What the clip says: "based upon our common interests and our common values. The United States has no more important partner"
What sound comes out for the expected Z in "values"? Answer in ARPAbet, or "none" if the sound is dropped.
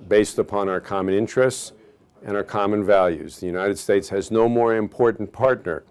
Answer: Z